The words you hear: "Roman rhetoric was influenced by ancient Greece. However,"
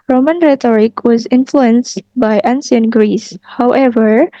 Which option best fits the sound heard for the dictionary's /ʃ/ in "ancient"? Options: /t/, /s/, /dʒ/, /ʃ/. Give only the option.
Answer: /s/